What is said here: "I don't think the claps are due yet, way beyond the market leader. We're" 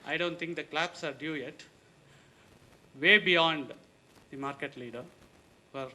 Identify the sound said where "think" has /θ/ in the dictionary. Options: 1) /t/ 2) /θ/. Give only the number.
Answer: 1